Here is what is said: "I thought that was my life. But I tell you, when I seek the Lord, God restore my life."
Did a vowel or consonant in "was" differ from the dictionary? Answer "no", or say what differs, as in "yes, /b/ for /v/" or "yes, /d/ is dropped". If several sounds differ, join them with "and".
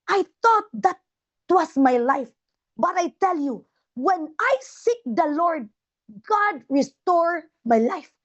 yes, /s/ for /z/